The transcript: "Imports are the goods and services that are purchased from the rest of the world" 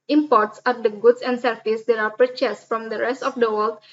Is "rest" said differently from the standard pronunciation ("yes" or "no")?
no